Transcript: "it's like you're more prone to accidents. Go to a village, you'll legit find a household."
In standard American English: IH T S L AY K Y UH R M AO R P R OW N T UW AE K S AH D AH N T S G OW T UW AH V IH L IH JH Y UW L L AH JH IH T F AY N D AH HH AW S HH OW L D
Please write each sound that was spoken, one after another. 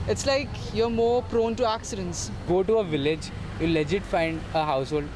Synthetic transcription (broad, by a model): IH T S L AY K Y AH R M AO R P R OW N T UW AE K S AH D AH N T S G OW T UW AH V IH L IH JH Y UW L L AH JH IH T F AY N D AH HH AW S HH OW L D